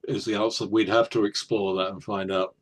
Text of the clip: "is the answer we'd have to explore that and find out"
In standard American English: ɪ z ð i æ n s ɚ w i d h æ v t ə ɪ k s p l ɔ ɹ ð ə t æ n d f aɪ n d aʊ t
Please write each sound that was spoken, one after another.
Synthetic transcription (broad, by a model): ɪ z ð i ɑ s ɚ w i d h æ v t ə ɪ k s p l ɔ ɹ ð ə t n f aɪ n d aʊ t